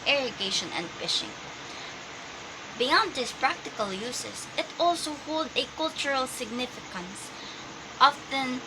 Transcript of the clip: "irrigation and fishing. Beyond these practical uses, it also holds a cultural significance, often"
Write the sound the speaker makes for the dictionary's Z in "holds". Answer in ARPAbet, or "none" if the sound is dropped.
none